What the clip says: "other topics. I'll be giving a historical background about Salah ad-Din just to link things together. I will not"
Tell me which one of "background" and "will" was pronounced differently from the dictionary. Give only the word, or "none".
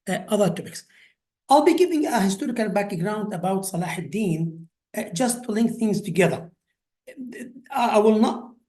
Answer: none